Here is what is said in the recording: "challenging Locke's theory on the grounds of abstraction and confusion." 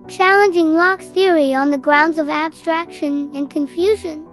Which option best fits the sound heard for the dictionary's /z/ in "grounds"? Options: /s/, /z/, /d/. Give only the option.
/z/